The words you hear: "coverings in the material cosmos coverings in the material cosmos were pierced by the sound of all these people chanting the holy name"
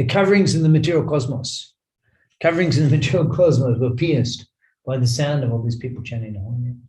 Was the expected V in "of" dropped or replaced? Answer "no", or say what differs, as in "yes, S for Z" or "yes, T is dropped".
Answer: no